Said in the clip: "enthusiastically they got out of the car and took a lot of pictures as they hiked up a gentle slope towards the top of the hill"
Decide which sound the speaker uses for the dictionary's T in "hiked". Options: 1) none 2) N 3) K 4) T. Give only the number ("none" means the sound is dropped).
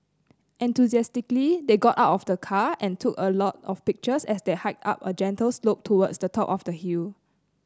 4